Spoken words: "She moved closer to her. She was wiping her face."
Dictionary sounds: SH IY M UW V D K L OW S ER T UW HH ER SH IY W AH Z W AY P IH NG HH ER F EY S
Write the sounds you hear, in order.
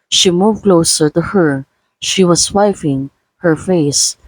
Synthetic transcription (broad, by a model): SH IY M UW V K L OW S ER T UW HH ER SH IY W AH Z W AY F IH NG HH ER F EY S